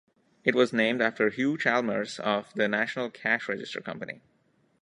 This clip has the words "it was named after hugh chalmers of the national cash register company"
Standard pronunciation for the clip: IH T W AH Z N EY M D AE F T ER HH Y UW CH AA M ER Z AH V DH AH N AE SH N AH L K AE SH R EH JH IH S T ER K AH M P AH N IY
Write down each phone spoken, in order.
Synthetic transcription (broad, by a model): IH T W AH Z N EY M D AE F T ER HH Y UW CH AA M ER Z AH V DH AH N AE SH N AH L K AE SH R EH JH IH S T ER K AH M P AH N IY